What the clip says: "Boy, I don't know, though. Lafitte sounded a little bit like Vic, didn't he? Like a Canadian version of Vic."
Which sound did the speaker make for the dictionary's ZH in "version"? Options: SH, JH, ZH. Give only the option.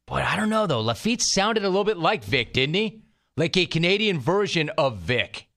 ZH